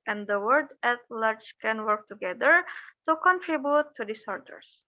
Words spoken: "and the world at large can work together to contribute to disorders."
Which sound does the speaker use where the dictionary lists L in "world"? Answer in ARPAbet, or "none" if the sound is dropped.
none